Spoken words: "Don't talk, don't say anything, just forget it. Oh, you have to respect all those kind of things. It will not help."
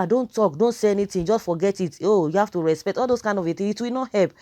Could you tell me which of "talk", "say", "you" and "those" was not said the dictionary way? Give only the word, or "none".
those